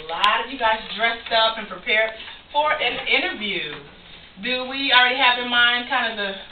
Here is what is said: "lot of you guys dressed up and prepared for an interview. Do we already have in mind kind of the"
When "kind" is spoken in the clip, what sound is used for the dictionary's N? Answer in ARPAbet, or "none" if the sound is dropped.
N